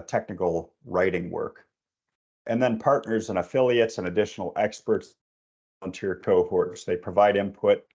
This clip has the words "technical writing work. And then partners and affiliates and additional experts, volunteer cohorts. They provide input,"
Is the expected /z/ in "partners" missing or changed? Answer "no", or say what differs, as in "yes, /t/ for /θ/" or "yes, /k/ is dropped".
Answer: no